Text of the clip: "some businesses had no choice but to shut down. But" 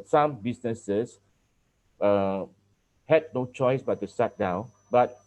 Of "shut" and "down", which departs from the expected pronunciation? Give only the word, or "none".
shut